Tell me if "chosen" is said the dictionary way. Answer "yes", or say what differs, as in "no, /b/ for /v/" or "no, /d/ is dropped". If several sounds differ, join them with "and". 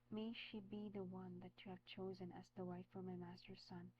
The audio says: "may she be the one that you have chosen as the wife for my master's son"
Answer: yes